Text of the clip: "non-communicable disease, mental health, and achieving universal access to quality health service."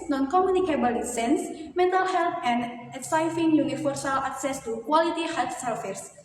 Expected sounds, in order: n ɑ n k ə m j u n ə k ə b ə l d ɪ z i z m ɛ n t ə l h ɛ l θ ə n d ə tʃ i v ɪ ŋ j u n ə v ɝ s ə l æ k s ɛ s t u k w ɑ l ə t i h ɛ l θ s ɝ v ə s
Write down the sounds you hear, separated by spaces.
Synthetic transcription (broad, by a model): n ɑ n k ə m j u n ə k ə b ə l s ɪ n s m ɛ n t ə l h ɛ l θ ə n d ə s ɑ f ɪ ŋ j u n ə f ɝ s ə l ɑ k s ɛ s t u k w ɑ l ə t i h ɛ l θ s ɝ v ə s